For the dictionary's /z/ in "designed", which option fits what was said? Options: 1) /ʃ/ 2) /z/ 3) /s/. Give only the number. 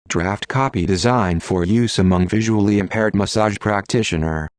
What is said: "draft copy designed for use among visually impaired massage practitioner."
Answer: 2